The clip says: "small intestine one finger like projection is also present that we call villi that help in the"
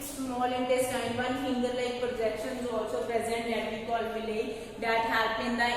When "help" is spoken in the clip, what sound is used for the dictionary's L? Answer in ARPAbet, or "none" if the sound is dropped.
none